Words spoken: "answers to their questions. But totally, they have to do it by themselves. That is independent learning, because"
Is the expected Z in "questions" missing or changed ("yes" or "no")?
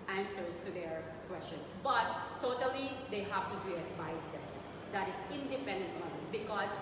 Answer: yes